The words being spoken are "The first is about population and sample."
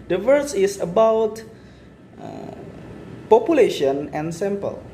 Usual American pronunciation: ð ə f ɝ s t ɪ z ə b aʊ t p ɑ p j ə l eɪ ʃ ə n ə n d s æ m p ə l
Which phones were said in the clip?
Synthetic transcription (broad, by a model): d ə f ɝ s ɪ s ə b aʊ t p ɑ p j ə l eɪ ʃ ə n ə n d s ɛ m p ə l